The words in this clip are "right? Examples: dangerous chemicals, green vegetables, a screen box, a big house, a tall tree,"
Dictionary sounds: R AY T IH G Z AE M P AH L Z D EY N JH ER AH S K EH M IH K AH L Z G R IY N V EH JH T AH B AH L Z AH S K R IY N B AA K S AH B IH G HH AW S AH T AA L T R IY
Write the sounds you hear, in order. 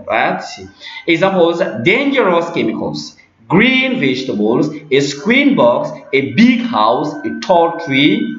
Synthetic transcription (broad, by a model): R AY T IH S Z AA P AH Z D EY N JH ER AH S K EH M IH K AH L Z G R IY N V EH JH T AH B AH L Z AH S K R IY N B AA K S AH B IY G HH AW S AH T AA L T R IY